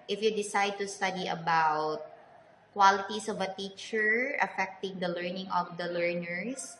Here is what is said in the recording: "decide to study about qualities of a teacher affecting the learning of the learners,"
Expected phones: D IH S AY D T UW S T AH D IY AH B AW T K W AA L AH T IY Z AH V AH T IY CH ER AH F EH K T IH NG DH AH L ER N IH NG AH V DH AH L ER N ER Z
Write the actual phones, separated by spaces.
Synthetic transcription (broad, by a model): D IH S AY D T UW S T AH D IY AH B AW T K W AA L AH T IY S AH V AH T IY CH ER AH F EH K T IH NG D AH L ER N IH NG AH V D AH L ER N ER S